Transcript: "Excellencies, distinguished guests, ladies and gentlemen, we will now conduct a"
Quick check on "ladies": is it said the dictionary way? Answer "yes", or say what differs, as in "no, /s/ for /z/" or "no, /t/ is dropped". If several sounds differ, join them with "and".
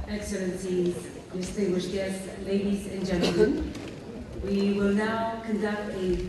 yes